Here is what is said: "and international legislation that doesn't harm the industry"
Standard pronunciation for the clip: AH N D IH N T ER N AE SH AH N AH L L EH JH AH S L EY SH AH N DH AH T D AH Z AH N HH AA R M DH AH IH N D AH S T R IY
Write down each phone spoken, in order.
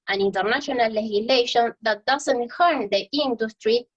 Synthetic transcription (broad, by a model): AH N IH N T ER N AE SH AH N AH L L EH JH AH L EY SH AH N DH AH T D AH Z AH N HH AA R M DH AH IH N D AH S T R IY